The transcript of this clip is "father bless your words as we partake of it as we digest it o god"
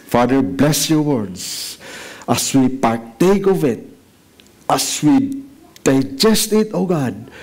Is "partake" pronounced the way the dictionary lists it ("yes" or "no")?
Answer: yes